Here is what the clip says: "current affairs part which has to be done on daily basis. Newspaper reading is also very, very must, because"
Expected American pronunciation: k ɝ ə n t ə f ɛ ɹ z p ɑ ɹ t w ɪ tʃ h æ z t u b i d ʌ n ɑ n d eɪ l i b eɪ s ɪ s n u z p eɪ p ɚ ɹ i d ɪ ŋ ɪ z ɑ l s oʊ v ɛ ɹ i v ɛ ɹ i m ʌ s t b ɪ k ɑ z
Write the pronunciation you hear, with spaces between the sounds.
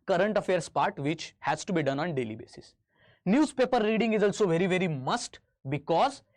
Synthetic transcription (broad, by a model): k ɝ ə n t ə f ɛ ɹ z p ɑ ɹ t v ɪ tʃ h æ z t u b i d ʌ n ɑ n d eɪ l i b eɪ s ɪ s n u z p eɪ p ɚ ɹ i d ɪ ŋ ɪ z ɑ l s oʊ v ɛ ɹ i v ɛ ɹ i m ʌ s t b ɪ k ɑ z